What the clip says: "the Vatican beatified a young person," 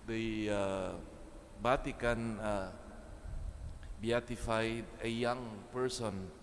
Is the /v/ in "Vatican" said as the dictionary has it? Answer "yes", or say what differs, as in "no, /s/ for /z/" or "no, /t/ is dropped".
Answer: no, /b/ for /v/